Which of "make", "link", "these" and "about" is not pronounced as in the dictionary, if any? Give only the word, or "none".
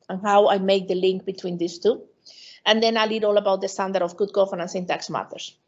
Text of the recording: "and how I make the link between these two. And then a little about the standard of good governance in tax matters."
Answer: these